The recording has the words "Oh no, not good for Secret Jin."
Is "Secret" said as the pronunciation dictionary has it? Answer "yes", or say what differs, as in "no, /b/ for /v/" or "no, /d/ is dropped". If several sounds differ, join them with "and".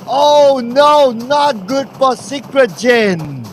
yes